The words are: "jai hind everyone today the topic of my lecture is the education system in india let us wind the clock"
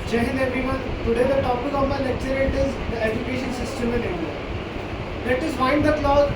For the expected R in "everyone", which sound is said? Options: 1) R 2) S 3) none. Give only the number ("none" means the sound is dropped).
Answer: 3